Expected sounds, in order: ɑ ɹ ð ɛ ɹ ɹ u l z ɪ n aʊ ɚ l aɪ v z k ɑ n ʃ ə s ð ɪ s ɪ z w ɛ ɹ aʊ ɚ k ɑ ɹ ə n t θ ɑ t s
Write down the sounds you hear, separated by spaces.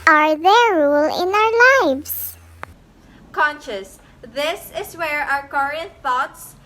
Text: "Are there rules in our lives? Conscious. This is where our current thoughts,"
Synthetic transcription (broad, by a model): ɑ ɹ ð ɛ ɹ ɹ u l ɪ n aʊ ɚ l aɪ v s k ɑ n ʃ ə s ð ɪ s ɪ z w ɛ ɹ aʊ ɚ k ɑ ɹ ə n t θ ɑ t s